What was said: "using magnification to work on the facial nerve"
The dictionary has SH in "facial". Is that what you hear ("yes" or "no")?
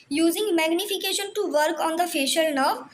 yes